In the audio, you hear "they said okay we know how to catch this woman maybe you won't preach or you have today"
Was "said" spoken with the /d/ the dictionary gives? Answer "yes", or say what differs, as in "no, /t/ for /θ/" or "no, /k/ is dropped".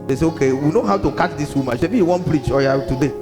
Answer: no, /d/ is dropped